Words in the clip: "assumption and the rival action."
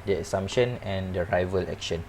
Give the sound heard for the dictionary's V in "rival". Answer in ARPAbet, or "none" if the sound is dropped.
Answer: V